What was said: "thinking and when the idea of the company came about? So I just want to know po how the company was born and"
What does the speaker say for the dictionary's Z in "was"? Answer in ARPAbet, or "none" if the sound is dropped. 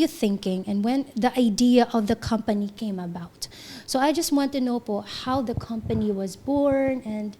Z